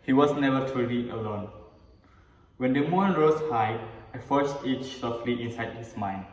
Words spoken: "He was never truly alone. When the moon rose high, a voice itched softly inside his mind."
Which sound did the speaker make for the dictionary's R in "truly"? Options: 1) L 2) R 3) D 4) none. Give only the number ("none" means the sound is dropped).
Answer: 4